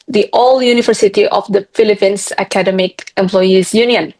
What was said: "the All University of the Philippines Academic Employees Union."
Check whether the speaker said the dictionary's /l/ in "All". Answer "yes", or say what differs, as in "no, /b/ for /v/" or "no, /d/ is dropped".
yes